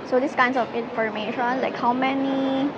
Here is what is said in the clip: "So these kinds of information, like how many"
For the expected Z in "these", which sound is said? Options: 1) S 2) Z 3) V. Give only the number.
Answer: 1